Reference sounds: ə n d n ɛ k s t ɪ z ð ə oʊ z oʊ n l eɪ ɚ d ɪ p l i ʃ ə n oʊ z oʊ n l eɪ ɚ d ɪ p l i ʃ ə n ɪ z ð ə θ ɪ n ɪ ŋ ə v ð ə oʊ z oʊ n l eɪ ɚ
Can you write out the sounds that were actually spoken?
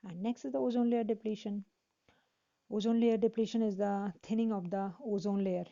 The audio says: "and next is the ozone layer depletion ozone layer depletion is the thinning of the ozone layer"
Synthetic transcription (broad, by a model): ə n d n ɛ k s t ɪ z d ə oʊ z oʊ n l eɪ ɚ d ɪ p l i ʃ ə n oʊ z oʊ n l eɪ ɚ d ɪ p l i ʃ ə n ɪ z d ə t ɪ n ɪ ŋ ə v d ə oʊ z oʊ n l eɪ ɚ